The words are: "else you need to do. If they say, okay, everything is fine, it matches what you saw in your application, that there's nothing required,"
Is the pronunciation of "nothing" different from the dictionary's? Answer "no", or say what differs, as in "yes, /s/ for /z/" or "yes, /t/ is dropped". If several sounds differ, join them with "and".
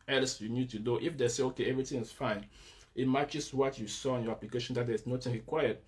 yes, /t/ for /θ/